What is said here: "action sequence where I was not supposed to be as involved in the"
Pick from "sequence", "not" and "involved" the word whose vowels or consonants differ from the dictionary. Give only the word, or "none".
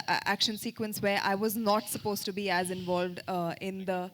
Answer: none